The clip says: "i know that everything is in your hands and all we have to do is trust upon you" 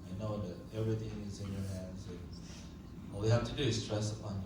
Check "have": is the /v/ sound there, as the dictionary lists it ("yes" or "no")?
no